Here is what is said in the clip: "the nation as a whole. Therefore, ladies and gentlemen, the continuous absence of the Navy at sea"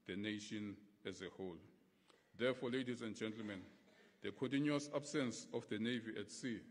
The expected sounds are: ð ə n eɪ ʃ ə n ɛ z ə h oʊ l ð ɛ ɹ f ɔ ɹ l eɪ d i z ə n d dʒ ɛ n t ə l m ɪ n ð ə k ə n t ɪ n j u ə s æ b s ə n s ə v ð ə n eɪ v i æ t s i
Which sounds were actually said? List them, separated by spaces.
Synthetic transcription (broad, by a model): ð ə n eɪ ʃ ə n ɛ z ə h oʊ l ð ɛ f ɔ l eɪ d i z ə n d dʒ ɛ n t l m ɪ n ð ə k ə n t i n j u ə s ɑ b s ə n s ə f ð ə n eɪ v i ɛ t s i